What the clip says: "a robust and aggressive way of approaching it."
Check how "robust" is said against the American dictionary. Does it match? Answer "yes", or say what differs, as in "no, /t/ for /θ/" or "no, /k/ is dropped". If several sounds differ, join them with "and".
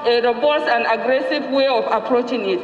no, /t/ is dropped